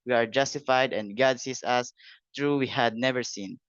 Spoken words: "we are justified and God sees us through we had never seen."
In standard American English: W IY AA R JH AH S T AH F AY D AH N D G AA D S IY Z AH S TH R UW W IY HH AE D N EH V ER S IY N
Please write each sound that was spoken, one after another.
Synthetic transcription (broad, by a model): W IY AA R JH AH S T AH F AY D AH N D G AA D S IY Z AH S T R UW W IY HH AE D N EH V ER S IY N